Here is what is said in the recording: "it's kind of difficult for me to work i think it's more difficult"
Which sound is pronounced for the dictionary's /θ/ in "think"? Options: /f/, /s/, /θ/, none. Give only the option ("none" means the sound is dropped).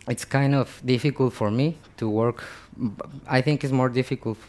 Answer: /θ/